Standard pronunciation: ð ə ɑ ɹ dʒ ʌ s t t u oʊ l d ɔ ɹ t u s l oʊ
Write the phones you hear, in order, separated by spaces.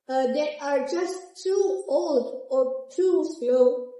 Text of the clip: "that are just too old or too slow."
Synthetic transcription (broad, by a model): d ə ɑ ɹ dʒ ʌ s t t u oʊ l d ɔ ɹ t u s l oʊ